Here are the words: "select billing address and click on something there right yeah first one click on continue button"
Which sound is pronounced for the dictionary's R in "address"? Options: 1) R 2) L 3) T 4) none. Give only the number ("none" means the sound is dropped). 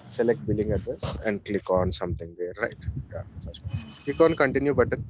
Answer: 4